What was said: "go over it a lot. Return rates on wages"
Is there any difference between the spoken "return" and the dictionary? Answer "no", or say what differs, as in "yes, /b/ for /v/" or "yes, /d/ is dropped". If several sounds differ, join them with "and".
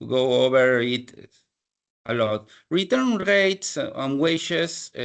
no